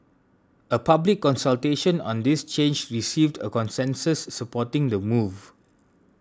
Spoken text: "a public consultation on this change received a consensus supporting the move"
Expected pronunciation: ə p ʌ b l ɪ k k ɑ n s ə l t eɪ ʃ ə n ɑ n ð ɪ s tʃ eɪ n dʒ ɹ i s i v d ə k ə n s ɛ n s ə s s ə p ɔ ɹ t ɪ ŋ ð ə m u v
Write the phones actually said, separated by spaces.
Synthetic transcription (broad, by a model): ə p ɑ b l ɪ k k ɑ n s ə l t eɪ ʃ ə n ɑ n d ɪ s tʃ eɪ n dʒ ɹ i s i v d ə k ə n s ɛ n s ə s s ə p ɔ t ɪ ŋ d ə m u v